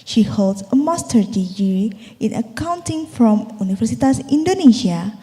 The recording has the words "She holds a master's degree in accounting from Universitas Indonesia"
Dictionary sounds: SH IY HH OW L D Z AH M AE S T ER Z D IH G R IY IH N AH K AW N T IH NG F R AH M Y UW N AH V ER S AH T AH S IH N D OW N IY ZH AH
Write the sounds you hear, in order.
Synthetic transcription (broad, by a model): SH IY HH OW L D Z AH M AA S T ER D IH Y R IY IH N AH K AW N T IH NG F R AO M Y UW N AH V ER S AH T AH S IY N D OW N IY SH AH